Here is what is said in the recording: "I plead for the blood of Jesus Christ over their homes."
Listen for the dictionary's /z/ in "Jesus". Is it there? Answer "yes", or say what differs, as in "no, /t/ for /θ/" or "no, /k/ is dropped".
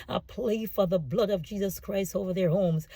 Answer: yes